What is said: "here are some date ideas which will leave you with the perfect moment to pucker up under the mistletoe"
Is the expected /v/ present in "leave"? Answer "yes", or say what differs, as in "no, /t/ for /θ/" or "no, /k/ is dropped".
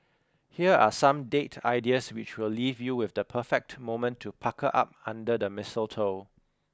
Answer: yes